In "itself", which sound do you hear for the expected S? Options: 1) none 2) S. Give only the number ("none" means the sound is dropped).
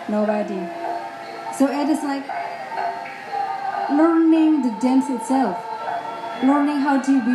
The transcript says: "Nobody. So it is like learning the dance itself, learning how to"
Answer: 2